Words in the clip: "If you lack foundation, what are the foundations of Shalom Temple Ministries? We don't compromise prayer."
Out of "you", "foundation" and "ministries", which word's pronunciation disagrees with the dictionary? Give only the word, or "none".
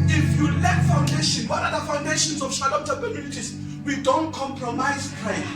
ministries